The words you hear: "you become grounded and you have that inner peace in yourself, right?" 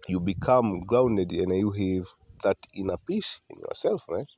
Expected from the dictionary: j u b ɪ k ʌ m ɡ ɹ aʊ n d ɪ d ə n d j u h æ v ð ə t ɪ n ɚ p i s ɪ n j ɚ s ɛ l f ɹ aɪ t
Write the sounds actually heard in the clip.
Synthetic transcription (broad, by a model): j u b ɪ k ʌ m ɡ ɹ aʊ n d ɪ d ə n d j u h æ v ð ə t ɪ n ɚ p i ʃ ɪ n j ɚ s ɛ l f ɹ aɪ